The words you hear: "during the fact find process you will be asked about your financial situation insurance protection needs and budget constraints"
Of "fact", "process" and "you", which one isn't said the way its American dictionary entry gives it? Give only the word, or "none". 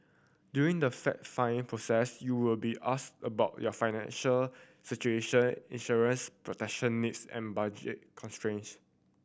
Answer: fact